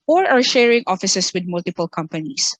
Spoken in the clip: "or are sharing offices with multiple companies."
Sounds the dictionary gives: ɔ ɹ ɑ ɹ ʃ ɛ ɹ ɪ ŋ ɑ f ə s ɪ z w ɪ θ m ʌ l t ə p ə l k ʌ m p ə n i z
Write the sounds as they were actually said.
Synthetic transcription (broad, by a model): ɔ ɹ ɑ ɹ ʃ ɛ ɹ ɪ ŋ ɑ f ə s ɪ s w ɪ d m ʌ l t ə p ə l k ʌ m p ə n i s